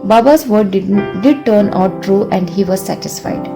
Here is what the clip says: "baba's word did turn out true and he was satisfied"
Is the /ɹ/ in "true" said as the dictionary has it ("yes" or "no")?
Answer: yes